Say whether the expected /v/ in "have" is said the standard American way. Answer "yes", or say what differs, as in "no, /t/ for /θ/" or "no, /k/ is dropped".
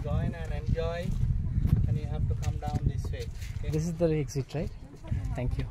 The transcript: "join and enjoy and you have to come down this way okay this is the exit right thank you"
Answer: no, /b/ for /v/